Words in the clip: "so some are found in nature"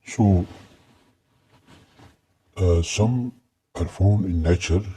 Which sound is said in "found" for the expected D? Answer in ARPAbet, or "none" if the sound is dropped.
none